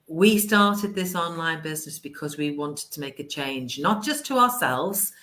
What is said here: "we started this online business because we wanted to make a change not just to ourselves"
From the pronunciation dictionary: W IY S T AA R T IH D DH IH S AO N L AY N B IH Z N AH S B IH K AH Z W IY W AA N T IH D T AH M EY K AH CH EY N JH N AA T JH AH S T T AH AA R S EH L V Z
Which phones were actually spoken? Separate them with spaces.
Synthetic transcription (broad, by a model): W IY S T AA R T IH D DH IH S AO N L AY N B IH Z N AH S B IH K AH Z W IY W AA N T IH D T AH M EY K AH CH EY N JH N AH T JH AH S T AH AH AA S EH L V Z